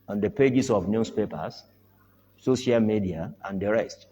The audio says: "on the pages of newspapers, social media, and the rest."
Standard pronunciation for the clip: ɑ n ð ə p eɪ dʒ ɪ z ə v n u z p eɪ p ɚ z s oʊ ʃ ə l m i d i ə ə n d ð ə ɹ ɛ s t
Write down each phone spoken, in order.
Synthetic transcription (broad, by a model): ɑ n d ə p eɪ dʒ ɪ s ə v n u s p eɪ p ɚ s s oʊ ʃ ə l m i d i ə ə n d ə ɹ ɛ s t